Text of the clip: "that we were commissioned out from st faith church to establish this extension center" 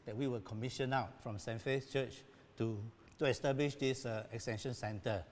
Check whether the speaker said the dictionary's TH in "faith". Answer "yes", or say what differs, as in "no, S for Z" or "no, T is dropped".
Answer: no, S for TH